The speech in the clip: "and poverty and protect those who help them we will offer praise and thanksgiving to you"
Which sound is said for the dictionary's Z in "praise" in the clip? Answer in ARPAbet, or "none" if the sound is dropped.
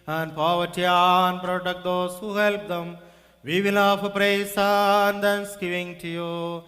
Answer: S